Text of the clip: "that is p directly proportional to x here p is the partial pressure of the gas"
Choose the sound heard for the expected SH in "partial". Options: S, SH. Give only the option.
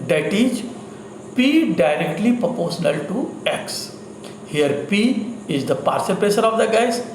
S